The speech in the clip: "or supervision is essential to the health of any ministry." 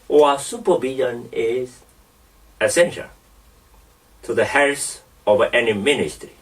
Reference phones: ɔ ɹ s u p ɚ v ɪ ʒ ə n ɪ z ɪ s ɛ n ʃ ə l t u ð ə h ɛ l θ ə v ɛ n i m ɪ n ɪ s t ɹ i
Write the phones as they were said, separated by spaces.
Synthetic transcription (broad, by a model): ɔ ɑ s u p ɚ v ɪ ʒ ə n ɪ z ɪ s ɛ n ʃ ə l t u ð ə h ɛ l s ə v ɛ n i m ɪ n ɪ s t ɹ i